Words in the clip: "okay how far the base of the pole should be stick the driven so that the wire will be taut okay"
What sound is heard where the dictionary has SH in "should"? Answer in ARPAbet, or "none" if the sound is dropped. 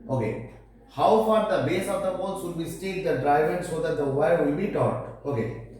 S